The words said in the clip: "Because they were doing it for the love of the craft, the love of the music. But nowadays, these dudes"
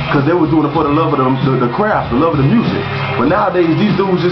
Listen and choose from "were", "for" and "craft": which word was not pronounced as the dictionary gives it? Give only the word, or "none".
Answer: for